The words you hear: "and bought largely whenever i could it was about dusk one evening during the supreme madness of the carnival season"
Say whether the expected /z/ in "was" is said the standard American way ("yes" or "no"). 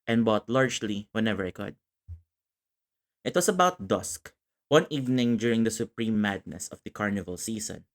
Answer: no